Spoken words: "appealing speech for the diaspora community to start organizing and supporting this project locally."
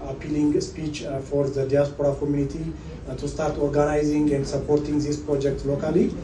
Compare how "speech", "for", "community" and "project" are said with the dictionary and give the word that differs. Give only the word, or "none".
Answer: none